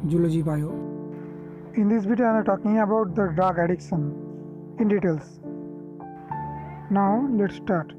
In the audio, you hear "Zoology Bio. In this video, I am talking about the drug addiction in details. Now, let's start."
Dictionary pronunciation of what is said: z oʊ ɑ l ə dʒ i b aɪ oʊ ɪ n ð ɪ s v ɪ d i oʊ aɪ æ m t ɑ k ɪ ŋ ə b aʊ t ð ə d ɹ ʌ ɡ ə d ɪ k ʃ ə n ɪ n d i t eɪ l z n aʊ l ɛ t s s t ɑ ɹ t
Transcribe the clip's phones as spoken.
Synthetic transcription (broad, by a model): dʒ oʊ l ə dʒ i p aɪ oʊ ɪ n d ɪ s b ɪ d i aɪ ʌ t ɑ k ɪ ŋ ə b aʊ t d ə d ɹ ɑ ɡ ə d ɪ k ʃ ə n ɪ n d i t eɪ l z n aʊ l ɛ t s s t ɑ ɹ t